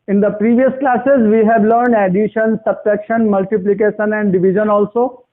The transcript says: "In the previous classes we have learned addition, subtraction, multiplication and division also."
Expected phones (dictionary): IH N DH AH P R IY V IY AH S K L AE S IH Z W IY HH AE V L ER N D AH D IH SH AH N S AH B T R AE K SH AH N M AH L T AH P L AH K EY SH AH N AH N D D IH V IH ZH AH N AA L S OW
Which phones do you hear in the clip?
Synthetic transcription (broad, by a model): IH N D AH P R IY V IY AH S K L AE S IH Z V IY HH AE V L ER N D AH D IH SH AH N S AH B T EH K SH AH N M AH L T AH P L AH K EY SH AH N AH N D D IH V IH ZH AH N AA L S OW